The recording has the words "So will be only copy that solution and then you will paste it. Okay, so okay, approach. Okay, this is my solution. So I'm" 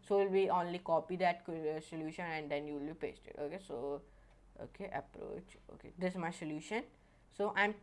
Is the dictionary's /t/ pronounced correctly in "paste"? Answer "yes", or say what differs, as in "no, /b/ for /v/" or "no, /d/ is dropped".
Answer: yes